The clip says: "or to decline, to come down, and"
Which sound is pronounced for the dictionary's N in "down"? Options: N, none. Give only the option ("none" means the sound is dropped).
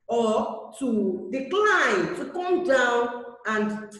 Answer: N